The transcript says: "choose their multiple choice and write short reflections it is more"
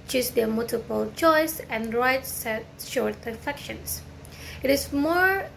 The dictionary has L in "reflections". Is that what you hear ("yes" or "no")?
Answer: no